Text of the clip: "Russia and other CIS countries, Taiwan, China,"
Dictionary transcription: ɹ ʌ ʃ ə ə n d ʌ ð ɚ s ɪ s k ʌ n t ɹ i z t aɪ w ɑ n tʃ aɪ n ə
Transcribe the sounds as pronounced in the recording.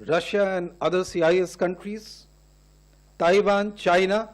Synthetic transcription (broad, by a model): ɹ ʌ ʃ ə ə n d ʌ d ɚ s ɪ s k ʌ n t ɹ i z t aɪ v ɑ n tʃ aɪ n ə